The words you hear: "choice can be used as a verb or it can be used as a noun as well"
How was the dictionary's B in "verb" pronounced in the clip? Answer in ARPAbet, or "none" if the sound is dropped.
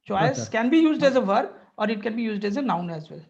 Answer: none